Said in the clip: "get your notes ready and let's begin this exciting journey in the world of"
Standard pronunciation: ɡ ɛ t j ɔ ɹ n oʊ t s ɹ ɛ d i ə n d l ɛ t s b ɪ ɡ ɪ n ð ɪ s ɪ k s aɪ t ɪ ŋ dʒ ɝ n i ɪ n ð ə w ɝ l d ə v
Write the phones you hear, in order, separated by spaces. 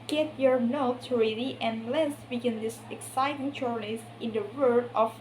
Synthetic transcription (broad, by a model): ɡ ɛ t j ɔ ɹ n oʊ t s ɹ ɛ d i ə n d l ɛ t s b ɪ ɡ ɪ n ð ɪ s ɪ k s aɪ t ɪ ŋ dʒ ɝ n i ɪ n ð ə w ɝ d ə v